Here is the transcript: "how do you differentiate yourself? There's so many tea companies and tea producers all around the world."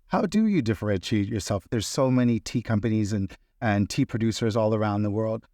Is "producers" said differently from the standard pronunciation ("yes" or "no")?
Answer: no